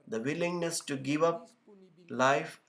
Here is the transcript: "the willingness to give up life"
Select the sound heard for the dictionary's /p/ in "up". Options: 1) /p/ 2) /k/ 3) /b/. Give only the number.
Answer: 1